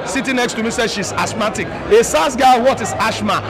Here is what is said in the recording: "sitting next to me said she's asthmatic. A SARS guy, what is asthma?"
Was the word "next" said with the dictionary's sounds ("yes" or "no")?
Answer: yes